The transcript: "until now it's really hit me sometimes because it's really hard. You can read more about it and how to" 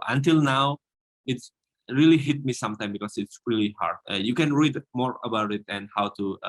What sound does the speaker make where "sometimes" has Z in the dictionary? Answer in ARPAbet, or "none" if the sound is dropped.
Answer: none